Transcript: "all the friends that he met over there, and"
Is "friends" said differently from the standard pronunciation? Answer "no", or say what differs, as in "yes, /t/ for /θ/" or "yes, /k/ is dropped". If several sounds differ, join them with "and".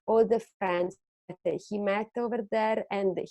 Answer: yes, /ɹ/ is dropped